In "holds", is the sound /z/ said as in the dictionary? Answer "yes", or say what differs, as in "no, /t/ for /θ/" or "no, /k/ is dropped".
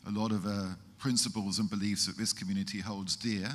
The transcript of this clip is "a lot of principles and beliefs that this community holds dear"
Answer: yes